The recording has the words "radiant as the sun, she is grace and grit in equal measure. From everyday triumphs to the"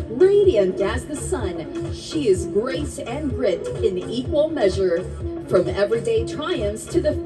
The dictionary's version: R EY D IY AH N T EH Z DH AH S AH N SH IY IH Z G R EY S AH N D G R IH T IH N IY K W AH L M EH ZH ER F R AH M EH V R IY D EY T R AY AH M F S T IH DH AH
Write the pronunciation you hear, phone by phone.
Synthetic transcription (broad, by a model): R EY D IY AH N T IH Z DH AH S AH N SH IY IH Z G R EY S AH N R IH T IH N IY K W AH L M EH ZH ER F R AH M EH V R IY D EY T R AY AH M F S T IH DH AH